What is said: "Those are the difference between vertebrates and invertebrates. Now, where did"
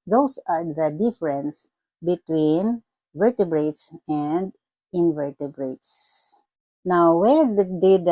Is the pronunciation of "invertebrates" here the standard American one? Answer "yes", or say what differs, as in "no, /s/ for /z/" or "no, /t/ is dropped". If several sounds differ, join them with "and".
yes